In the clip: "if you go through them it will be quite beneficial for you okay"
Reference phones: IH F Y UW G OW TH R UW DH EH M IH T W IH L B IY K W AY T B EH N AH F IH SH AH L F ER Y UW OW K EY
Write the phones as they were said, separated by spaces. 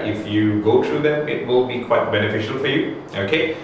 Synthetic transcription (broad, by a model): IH F Y UW G OW T R UW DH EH M IH T W IH L B IY K W AY T B EH N AH F IH SH AH L F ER Y UW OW K EY